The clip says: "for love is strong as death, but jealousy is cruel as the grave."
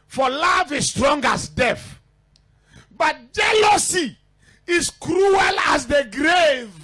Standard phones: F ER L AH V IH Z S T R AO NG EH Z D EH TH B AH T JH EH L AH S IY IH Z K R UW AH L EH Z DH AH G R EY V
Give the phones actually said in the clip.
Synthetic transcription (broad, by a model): F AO L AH V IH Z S T R AO NG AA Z D EH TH B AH T JH EH L AH S IY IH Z K R UW AH L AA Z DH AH G R EY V